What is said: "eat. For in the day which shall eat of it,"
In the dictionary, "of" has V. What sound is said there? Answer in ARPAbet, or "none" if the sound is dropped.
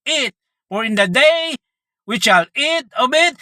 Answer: B